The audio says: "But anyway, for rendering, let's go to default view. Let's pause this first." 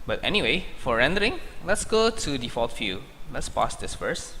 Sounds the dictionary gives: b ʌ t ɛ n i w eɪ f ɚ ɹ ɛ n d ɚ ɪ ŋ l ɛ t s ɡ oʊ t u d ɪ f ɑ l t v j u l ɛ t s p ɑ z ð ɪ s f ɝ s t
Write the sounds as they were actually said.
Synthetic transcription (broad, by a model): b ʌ t ɛ n i w eɪ f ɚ ɹ ɛ n d ɚ ɪ ŋ l ɛ t s ɡ oʊ t u d ɪ f ɑ l t f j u l ɛ t s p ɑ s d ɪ s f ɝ s